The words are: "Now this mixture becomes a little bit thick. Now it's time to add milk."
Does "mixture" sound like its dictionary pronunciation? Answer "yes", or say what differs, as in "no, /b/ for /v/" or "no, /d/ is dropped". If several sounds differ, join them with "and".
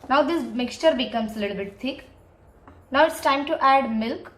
yes